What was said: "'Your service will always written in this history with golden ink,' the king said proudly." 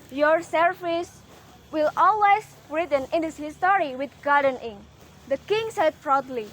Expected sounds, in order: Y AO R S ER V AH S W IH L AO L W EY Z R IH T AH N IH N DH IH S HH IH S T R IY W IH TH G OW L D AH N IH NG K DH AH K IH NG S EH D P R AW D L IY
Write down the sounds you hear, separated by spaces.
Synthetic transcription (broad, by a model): Y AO R S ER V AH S W IH L AO L W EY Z R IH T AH N IH N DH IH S HH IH S T R IY W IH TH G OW D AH N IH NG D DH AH K IH NG S EH D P R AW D L IY